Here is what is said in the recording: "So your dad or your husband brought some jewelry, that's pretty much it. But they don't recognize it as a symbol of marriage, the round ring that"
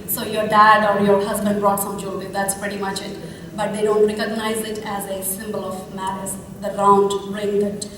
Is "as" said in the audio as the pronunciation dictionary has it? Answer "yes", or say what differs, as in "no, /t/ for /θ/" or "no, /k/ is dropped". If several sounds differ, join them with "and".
yes